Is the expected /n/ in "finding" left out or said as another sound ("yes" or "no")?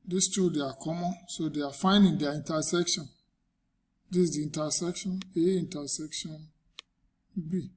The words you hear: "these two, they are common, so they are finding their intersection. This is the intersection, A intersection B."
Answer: no